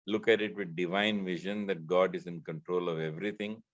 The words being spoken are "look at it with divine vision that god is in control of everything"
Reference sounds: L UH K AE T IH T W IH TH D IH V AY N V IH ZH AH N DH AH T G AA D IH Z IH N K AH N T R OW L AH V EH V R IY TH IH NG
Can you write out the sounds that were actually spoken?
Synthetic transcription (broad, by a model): L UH K AE T IH T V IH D D IH V AY N V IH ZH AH N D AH T G AA D IH Z IH N K AH N T R OW L AH V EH V R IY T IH NG